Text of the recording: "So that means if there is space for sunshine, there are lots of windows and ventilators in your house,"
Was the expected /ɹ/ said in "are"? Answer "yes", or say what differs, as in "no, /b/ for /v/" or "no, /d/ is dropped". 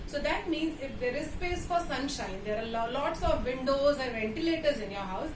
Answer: no, /l/ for /ɹ/